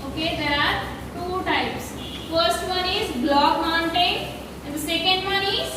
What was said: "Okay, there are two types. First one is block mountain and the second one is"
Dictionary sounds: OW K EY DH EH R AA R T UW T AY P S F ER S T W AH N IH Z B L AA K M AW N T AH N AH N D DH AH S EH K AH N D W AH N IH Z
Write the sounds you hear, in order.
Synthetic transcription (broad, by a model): OW K EY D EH R AA R T UW T AY P S F ER S T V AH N IH Z B L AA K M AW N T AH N AH N D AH S EH K AH N D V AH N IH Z